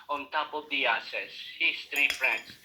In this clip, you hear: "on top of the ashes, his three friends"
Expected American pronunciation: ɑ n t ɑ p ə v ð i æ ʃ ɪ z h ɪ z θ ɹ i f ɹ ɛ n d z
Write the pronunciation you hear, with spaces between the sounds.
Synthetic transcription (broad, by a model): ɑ n t ɑ p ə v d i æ s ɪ s h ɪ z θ ɹ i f ɹ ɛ n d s